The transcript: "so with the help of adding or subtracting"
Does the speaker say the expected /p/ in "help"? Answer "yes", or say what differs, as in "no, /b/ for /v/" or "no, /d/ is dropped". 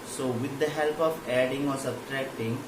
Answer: yes